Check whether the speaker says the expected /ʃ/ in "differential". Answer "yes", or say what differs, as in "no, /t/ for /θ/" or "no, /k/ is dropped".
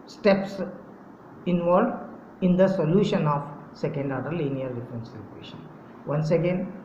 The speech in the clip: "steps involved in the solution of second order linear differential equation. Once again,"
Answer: no, /s/ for /ʃ/